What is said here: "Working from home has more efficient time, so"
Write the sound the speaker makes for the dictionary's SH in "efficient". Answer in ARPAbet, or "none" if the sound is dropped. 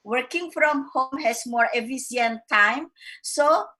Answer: S